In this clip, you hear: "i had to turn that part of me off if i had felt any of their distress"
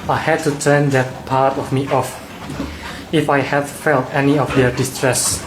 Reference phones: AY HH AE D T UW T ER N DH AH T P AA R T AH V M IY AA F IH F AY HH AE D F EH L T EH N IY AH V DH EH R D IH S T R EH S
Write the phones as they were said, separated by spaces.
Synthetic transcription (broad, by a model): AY HH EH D T UW T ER N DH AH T P AA R T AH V M IY AA F IH F AY HH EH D F EH L T EH N IY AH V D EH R D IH S T R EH S